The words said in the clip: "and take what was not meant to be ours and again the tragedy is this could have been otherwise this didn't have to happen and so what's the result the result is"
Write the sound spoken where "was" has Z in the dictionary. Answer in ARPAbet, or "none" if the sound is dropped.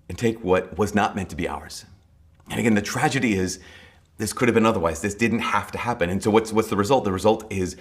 Z